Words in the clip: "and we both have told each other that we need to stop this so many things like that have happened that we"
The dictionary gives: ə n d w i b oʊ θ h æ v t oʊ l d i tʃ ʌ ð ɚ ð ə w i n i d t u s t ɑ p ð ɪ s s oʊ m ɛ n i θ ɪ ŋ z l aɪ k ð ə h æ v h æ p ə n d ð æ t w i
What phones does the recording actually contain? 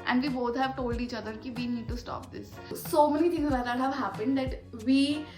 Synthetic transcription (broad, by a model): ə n d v i b oʊ t h æ v t oʊ l d i tʃ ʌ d ɚ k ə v i n i d t u s t ɑ p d ɪ s s oʊ m ɛ n i t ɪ ŋ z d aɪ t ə h æ v h æ p ə n d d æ t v i